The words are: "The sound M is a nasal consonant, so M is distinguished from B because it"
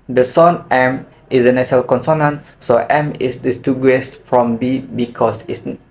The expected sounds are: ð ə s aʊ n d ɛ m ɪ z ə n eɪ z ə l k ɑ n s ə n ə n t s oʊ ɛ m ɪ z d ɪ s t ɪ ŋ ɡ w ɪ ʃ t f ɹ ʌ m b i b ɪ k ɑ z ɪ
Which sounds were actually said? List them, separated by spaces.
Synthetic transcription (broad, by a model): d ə s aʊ n ɛ m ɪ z ə n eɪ s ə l k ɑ n s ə n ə n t s oʊ ɛ m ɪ s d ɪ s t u ɡ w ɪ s f ɹ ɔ m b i b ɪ k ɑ s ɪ